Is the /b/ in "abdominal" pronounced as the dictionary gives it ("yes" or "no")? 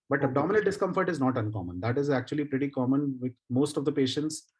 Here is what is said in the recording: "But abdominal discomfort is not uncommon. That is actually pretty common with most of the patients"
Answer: no